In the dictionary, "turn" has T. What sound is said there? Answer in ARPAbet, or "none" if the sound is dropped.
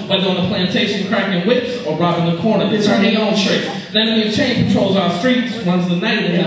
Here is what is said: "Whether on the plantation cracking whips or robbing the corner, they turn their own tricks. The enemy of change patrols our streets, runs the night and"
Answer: S